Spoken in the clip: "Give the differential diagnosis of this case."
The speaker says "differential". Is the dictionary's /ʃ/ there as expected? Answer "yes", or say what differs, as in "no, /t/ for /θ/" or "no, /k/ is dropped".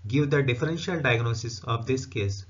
yes